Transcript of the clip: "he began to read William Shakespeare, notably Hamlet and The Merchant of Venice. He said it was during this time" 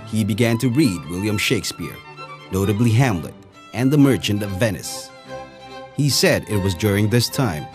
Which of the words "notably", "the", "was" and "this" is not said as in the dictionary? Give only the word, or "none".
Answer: none